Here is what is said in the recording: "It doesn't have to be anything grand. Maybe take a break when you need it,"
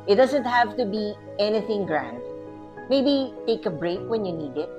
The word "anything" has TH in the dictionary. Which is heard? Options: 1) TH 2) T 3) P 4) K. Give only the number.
1